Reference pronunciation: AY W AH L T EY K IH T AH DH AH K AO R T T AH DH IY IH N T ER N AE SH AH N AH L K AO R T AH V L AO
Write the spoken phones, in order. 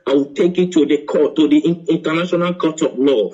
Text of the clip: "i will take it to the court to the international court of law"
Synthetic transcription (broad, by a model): AY W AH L T EY K IH T AH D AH K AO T T AH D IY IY N T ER N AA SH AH N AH L K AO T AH P L AO